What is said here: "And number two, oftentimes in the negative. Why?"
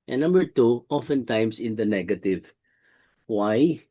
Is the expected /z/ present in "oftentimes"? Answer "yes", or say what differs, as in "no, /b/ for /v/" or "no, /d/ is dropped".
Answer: no, /s/ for /z/